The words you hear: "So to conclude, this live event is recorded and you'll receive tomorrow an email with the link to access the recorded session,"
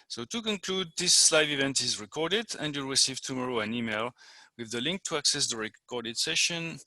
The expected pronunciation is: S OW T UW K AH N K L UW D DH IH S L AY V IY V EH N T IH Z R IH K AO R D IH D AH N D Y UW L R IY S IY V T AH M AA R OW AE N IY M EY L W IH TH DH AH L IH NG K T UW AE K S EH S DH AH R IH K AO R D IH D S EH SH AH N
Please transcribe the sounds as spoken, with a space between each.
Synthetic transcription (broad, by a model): S OW T UW K AH N K L UW D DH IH S L AY V IY V EH N T IH Z R IH K AO R D IH D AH N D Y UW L R IY S IY V T AH M AA R OW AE N IY M EY L W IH DH AH L IH NG K T UW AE K S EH S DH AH R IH K AO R D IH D S EH SH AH N